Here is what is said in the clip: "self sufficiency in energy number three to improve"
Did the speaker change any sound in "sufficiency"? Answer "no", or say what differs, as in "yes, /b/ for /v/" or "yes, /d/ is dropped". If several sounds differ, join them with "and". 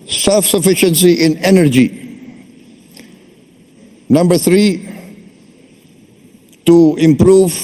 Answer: no